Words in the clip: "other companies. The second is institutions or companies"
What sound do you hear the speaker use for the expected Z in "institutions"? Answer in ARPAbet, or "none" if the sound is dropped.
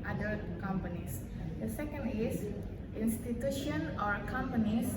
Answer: none